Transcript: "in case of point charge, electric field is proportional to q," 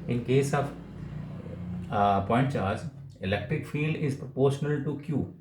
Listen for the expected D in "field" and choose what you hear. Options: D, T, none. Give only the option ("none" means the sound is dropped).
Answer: D